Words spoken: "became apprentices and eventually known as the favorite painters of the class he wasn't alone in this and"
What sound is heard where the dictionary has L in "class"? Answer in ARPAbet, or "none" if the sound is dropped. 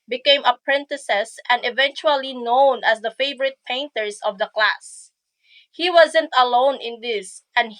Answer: L